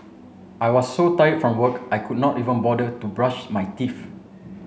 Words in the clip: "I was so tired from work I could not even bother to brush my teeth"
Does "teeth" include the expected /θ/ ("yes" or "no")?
no